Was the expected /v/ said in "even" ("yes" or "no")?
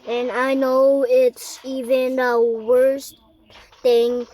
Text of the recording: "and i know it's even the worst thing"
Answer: yes